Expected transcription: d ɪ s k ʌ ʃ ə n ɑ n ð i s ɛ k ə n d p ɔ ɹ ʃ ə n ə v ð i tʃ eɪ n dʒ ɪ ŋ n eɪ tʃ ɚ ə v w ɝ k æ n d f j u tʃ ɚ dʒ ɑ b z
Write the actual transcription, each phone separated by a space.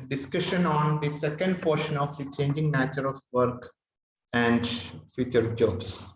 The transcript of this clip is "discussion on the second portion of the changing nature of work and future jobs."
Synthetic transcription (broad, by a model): d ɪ s k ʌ ʃ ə n ɑ n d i s ɛ k ə n d p ɔ ɹ ʃ ə n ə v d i tʃ eɪ n dʒ ɪ ŋ n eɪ tʃ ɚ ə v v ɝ k æ n d f j u tʃ ɚ dʒ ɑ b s